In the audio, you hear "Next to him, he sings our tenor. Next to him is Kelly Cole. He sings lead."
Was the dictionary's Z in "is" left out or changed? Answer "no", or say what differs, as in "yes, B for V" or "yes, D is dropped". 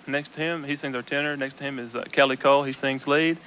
no